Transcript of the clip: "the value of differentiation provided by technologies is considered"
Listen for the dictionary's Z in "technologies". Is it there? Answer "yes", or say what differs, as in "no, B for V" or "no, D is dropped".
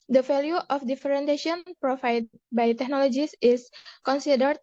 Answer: no, S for Z